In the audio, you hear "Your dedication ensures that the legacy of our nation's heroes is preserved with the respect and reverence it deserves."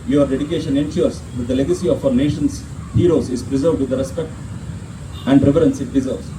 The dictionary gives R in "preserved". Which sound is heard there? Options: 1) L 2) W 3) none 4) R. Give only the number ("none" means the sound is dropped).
4